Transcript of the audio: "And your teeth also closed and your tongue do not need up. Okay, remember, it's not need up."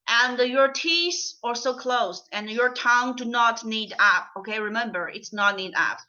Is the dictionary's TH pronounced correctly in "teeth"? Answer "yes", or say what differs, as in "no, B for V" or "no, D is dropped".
no, S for TH